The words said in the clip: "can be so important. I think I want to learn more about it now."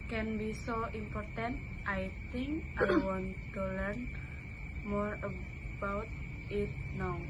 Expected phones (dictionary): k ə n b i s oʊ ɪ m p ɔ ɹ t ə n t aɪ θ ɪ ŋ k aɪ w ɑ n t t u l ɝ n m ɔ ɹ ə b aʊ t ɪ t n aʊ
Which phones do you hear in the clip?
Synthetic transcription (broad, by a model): k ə n b i s oʊ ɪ m p ɔ ɹ t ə n t aɪ t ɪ ŋ k aɪ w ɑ n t t u l ɝ n m ɔ ɹ ə b aʊ t ɪ t n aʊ